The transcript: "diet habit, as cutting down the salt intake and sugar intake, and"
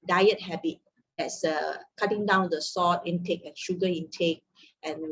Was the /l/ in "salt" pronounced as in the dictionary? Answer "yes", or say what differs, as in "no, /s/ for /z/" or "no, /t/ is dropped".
no, /l/ is dropped